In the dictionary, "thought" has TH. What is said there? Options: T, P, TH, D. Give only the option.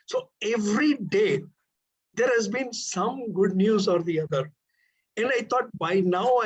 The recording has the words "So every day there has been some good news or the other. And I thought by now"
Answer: T